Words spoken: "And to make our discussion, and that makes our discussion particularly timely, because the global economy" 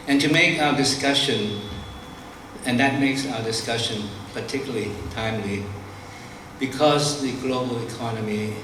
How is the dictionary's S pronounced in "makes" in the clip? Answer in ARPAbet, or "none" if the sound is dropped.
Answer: S